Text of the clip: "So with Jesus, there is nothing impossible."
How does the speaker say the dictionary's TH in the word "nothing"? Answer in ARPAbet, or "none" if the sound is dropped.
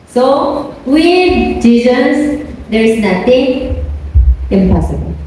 T